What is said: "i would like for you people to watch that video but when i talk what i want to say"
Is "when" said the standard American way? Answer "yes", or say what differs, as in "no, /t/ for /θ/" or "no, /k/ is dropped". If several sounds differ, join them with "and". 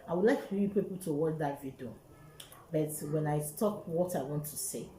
yes